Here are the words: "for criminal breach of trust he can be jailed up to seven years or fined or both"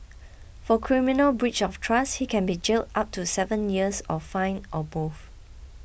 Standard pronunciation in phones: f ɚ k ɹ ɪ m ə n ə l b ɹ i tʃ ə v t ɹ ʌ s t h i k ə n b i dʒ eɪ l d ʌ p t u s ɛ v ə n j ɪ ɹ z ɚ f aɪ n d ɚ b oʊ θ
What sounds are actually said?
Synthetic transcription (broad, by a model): f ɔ k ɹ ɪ m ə n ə l b ɹ i tʃ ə f t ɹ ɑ s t h i k ə n b i dʒ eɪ l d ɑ p t u s ɛ v ə n j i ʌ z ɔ f aɪ n ɔ b oʊ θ